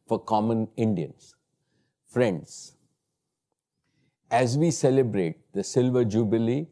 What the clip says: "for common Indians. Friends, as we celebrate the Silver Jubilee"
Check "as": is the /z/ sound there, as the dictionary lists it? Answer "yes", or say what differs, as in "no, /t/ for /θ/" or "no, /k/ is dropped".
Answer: yes